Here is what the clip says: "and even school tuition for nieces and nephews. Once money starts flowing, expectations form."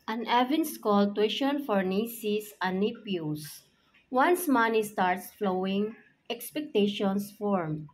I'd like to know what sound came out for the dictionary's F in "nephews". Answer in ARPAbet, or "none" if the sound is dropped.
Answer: P